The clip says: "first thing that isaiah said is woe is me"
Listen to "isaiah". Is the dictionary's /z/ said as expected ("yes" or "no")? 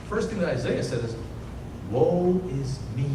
yes